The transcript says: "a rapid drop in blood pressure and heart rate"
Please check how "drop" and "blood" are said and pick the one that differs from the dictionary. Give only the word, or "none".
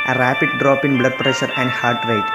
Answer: none